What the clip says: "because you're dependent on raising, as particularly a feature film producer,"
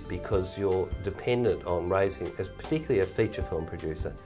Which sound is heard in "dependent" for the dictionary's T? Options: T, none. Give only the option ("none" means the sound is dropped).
T